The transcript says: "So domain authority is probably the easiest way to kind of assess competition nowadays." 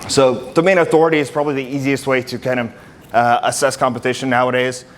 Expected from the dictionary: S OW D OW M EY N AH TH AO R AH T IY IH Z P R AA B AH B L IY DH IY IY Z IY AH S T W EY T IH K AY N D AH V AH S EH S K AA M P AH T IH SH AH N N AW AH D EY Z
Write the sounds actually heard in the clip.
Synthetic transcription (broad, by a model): S OW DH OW M EY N AH TH AO R AH T IY IH Z P R AA B AH B L IY DH IY IY Z IY AH S T W EY T IH K AY N D AH V AH S EH S K AA M P AH T IH SH AH N N AW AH D EY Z